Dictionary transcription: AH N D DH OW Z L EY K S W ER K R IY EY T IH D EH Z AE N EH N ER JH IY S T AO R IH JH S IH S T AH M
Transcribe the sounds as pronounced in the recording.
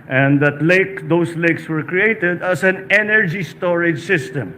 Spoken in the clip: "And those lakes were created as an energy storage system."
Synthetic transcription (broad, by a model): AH N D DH OW S L EY K S W ER K R IY EY T IH D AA S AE N EH N ER JH IY S T AO R IH JH S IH S T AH M